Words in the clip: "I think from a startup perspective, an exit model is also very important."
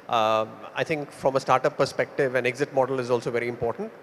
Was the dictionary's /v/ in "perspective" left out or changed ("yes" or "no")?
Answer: no